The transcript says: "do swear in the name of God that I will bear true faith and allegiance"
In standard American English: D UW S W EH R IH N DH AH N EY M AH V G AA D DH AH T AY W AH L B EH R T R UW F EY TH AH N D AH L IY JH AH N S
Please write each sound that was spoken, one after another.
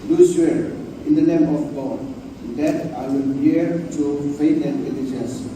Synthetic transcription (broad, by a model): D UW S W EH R IH N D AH N EY M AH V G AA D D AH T AY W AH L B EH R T UW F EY T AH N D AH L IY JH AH N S